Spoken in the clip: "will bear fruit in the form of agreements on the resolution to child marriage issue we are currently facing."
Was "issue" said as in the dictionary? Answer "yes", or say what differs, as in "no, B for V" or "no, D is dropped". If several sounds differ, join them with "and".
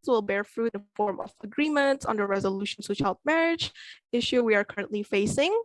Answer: yes